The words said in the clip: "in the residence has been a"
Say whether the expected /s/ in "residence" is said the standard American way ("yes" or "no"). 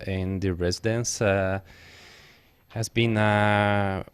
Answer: yes